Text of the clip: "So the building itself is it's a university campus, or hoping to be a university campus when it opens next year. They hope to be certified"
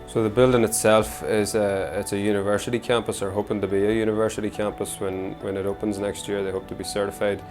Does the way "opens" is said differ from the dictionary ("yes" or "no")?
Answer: no